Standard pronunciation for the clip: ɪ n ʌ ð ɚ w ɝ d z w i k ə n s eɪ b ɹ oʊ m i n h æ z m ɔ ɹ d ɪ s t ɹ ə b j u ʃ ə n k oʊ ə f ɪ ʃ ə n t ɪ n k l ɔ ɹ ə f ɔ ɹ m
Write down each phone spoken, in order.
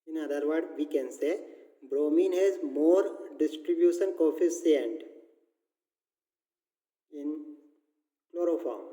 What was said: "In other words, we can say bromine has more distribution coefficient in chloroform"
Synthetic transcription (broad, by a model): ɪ n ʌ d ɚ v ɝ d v i k ə n s eɪ b ɹ oʊ m i n h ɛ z m ɔ ɹ d ɪ s t ɹ ə b j u ʃ ə n k oʊ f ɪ s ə n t ɪ n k l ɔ ɹ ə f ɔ ɹ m